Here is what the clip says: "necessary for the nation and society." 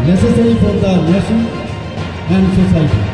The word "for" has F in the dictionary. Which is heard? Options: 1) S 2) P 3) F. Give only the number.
2